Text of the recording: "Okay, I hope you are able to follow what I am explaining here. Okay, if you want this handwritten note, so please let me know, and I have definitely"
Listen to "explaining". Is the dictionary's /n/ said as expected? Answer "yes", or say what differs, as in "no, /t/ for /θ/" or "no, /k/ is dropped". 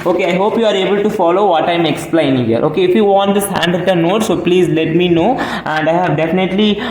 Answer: no, /n/ is dropped